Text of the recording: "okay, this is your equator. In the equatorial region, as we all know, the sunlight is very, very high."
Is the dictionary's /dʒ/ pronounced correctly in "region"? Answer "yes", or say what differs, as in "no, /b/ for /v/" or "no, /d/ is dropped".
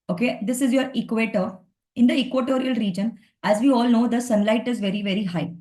yes